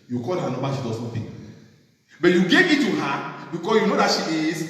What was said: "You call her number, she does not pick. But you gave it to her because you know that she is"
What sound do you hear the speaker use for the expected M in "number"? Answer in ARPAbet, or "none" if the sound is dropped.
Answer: none